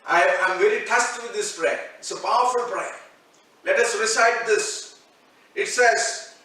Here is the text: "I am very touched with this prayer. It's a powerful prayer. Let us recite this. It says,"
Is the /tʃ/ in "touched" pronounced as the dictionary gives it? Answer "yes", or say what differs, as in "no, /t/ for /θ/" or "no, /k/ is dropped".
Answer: no, /s/ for /tʃ/